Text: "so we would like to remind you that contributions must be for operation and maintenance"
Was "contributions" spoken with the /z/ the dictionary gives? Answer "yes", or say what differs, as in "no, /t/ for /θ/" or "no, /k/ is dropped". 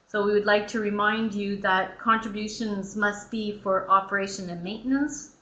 yes